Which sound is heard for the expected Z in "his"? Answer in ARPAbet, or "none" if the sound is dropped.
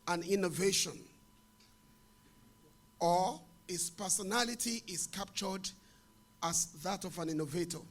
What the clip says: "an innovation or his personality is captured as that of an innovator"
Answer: S